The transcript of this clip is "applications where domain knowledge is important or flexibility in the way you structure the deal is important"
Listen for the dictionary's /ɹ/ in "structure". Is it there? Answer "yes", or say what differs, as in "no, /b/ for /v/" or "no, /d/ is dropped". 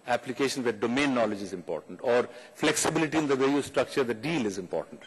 yes